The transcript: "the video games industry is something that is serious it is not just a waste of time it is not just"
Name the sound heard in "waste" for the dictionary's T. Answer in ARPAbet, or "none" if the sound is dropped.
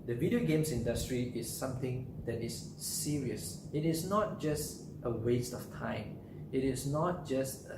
T